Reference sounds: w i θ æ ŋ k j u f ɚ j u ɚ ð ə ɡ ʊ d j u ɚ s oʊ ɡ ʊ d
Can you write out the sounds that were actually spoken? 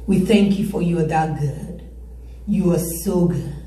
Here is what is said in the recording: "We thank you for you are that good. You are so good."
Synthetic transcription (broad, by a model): w i θ æ ŋ k j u f ɚ j u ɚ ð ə ɡ ʊ d j u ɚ s oʊ ɡ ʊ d